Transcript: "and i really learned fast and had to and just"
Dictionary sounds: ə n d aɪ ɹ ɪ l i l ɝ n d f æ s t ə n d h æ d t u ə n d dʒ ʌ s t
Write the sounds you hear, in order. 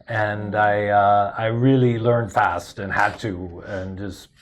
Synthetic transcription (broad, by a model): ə n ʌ aɪ ɹ ɪ l i l ɝ n d f æ s t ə n h æ d t u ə n dʒ ʌ s t